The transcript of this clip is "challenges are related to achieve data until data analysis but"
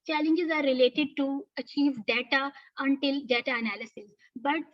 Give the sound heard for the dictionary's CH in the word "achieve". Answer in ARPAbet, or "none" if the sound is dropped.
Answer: CH